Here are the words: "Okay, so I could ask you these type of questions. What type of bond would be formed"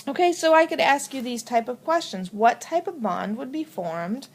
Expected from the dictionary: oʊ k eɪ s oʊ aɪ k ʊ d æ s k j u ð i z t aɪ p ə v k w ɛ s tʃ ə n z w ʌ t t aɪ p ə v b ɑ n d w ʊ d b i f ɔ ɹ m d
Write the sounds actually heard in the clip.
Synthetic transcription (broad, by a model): oʊ k eɪ s oʊ aɪ k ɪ d æ s k j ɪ ð i z t aɪ p ə v k w ɛ s tʃ ə n z w ʌ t t aɪ p ə v b ɑ n d w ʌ d b i f ɔ ɹ m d